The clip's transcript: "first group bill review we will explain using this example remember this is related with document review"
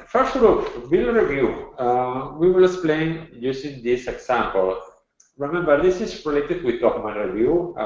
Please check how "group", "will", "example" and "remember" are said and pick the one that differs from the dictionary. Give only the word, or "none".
example